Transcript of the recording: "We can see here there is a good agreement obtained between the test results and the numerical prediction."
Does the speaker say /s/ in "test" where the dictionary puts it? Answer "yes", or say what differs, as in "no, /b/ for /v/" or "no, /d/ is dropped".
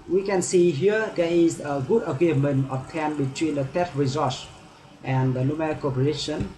no, /s/ is dropped